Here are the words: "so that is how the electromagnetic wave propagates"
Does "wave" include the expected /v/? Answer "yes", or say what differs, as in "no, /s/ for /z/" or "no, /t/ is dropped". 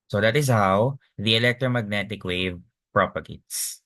yes